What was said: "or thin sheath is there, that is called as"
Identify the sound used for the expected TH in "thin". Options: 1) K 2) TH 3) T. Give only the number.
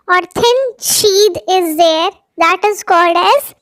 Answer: 3